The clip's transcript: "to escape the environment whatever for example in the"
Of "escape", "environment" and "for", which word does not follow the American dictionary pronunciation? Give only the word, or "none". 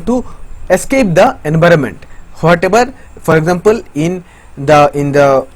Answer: none